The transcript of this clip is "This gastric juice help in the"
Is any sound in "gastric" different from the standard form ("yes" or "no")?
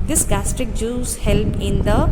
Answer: no